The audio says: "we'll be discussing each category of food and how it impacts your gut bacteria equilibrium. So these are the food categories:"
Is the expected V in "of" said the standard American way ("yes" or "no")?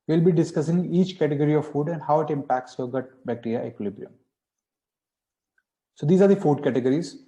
yes